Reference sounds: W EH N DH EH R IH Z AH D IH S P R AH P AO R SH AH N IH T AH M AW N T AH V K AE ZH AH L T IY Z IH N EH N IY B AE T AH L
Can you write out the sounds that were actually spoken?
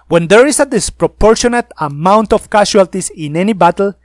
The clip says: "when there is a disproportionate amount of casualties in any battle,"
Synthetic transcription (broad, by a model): W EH N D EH R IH S AH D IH S P R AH P AO R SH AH N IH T AH M AW N T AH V K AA SH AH L T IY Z IH N EH N IY B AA T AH L